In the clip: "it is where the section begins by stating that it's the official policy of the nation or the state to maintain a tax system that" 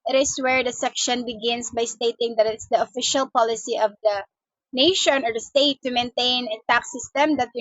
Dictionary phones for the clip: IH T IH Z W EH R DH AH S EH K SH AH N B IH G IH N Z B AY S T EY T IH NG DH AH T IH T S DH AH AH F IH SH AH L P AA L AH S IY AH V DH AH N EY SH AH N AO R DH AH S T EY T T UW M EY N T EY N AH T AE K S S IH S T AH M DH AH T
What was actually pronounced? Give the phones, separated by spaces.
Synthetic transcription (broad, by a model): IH T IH S W EH R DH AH S EH K SH AH N B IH G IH N S B AY S T EY T IH NG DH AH T IH T S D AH AH F IH SH AH L P AA L AH S IY AH V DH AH N EY SH AH N AO R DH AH S T EY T T UW M EY N T EY N AH T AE K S S IH S T AH M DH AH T